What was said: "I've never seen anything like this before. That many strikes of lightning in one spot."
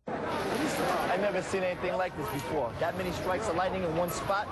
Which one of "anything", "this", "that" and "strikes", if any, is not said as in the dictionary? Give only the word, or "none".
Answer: none